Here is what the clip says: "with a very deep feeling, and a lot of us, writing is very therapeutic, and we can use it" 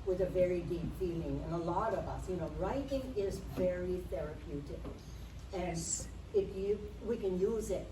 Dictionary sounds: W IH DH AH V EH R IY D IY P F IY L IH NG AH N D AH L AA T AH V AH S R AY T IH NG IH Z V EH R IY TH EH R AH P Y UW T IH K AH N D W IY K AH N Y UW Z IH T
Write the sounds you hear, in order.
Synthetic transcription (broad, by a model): W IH DH AH V EH R IY D IY P F IY L IH NG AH N AH L AA T AH V AH S R AY T IH NG IH Z V EH R IY TH EH R AH P Y UW T IH K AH N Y W IY K AH N Y UW Z IH T